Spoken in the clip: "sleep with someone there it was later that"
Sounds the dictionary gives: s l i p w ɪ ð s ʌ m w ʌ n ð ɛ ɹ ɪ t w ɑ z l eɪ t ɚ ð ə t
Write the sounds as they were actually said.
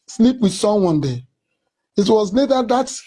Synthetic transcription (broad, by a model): s l i p w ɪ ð s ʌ m w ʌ n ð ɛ ɪ t w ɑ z n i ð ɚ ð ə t